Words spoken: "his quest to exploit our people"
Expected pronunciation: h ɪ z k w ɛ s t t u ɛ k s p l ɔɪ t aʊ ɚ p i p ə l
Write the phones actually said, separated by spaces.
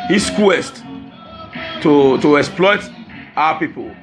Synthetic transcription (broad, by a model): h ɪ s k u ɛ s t t u ɛ k s p l ɔɪ t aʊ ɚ p i p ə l